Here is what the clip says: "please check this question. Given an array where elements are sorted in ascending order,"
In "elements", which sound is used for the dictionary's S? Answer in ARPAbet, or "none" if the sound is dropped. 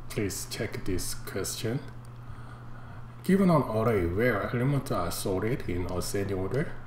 none